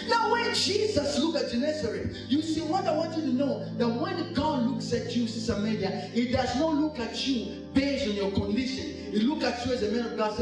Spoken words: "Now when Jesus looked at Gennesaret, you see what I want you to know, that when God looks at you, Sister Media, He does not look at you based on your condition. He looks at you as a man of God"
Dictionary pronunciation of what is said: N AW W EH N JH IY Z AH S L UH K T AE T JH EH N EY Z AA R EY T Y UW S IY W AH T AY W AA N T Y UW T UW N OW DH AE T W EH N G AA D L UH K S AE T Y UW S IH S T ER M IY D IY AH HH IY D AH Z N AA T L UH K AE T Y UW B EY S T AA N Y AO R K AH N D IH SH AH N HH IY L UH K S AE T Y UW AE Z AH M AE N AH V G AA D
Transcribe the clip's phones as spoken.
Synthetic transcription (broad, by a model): N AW W EH N JH IY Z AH S L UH K AE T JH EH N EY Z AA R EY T Y UW S IY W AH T AY W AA N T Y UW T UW N OW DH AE T W EH N G AA D L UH K S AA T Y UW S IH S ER M IY D IY AH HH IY D AH Z N AA T L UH K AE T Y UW B EY S T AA N Y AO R K AH N D IH SH AH N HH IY L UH K AE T Y UW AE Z AH M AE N AH V G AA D